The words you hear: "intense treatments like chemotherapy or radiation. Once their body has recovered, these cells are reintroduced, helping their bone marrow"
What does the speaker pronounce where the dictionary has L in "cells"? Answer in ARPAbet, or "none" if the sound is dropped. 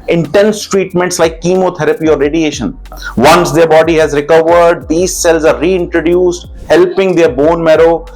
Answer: L